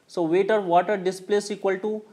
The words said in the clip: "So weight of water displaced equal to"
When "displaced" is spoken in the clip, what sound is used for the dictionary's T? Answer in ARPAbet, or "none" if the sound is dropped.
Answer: none